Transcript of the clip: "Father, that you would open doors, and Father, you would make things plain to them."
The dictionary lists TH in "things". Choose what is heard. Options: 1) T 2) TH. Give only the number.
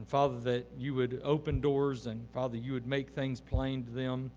2